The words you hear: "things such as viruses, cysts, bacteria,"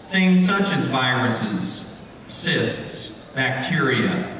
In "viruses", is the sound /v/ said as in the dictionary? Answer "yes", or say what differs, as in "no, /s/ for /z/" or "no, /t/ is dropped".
yes